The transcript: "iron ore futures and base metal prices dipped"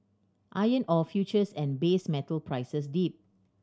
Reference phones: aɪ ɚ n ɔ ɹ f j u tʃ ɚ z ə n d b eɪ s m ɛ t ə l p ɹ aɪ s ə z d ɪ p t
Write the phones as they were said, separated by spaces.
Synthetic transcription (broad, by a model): aɪ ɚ n ɔ f j u tʃ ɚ s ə n b eɪ s m ɛ t ə l p ɹ aɪ s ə s d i p